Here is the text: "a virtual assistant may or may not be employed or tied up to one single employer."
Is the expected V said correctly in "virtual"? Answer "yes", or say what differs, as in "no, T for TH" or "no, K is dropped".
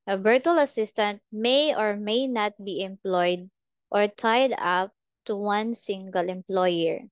no, B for V